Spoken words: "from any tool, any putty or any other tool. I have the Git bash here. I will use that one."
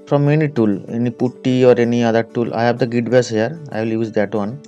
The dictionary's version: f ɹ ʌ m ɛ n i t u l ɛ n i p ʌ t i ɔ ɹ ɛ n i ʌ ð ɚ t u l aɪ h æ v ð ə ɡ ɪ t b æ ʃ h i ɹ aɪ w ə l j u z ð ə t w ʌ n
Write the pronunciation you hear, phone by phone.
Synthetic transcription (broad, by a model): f ɹ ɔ m ɛ n i t u l ɛ n i p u t i ɔ ɹ ɛ n i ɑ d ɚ t u l aɪ h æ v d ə ɡ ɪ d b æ s h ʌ ɹ aɪ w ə l j u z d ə t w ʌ n